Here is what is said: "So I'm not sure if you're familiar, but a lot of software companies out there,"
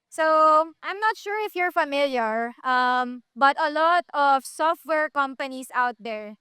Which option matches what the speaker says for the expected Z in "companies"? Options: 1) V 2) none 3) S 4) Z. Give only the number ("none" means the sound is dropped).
3